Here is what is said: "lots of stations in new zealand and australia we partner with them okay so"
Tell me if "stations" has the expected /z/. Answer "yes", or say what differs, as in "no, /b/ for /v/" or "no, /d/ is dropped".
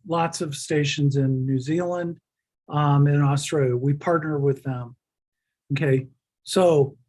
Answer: yes